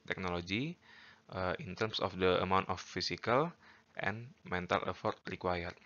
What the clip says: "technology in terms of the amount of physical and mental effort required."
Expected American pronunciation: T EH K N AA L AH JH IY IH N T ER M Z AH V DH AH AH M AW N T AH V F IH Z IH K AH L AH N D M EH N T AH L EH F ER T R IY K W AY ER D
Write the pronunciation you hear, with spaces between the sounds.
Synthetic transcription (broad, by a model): T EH K N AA L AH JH IY IH N T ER M S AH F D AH AH M AW N T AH F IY S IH K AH L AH N M EH N T AH L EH F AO T R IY K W AY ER